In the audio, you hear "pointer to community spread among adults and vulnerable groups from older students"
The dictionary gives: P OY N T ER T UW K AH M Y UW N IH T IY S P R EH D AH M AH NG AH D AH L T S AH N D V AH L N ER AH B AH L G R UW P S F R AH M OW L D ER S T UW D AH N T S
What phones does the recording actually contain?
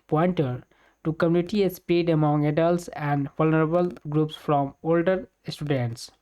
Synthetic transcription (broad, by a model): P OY N T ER T UW K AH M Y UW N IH T IY S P IY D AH M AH NG AH D AH L T S AH N D V AH L N ER AH B AH L G R UW P S F R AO M OW L D ER S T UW D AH N T S